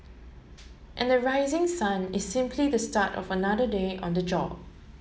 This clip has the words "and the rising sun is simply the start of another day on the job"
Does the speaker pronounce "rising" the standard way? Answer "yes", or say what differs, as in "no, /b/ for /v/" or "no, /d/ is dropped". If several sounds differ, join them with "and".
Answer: yes